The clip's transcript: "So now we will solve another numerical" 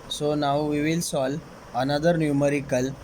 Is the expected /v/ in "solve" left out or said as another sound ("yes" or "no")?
yes